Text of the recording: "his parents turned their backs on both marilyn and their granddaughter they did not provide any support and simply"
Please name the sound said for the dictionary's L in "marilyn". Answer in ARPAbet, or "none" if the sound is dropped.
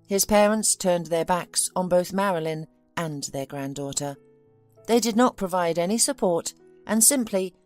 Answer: L